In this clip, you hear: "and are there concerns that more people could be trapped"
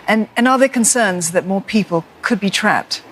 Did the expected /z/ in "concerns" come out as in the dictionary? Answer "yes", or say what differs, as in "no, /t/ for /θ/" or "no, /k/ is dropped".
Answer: yes